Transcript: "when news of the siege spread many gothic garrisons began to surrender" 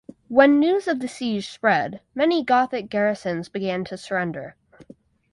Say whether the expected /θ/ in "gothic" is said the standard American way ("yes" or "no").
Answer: yes